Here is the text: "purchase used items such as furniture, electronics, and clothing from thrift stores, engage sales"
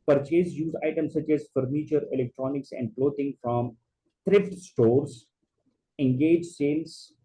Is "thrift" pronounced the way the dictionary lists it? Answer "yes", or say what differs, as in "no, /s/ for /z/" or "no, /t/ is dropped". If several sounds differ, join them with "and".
no, /t/ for /θ/